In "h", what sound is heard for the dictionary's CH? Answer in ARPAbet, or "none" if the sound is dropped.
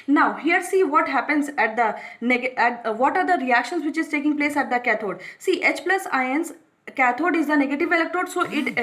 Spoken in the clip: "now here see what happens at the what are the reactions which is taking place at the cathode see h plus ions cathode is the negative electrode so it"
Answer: CH